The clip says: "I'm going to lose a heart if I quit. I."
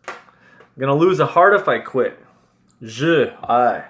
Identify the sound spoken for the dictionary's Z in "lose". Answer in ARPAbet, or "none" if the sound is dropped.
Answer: Z